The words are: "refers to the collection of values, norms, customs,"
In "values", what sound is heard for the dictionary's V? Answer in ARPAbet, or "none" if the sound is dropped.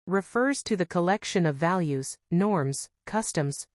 V